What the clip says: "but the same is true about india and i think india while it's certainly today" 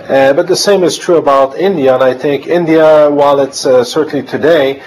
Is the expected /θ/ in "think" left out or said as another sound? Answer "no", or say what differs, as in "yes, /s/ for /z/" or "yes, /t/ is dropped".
no